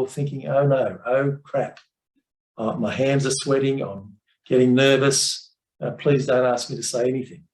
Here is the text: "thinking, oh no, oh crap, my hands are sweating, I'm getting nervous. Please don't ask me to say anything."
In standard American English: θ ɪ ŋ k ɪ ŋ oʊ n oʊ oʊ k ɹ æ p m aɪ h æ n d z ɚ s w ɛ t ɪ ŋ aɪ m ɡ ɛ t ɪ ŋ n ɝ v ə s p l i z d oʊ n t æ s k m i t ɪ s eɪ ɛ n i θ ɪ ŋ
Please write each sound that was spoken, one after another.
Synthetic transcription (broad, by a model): θ ɪ ŋ k ɪ ŋ oʊ n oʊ oʊ k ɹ æ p m aɪ h æ n d z ɚ s w ɛ t ɪ ŋ aɪ m ɡ ɛ t ɪ ŋ n ɝ v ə s p l i z d oʊ n t æ s k m i t ɪ s eɪ ɛ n i θ ɪ ŋ